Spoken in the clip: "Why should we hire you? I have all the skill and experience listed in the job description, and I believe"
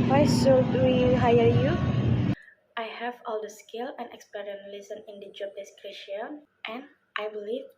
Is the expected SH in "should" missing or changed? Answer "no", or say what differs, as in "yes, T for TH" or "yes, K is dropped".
yes, S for SH